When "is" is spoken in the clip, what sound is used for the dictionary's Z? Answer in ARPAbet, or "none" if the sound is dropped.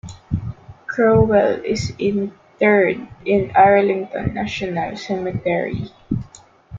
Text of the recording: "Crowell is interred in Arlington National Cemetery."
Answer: S